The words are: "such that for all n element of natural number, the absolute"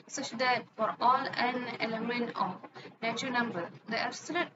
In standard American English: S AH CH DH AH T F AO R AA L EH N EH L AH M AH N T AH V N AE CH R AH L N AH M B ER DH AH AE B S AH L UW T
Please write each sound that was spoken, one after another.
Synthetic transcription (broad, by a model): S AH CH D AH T F AO R AA L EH N EH L AH M AH N T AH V N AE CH AH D N AH M B ER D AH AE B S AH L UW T